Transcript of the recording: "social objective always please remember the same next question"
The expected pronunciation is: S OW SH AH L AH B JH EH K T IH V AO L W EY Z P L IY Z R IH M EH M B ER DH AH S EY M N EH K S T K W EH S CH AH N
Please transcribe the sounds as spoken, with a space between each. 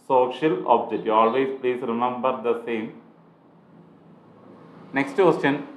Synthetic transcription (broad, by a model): S OW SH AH L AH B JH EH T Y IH AO L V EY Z P L IY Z R IH M EH M B ER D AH S EY M N EH K S T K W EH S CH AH N